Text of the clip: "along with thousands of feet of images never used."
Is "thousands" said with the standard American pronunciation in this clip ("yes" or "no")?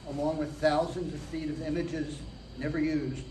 yes